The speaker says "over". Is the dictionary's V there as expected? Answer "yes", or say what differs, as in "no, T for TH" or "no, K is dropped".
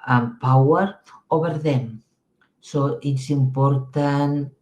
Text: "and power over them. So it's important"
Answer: no, B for V